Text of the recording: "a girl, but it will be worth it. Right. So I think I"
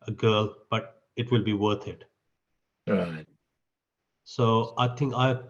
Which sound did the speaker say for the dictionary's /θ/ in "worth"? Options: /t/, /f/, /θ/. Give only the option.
/t/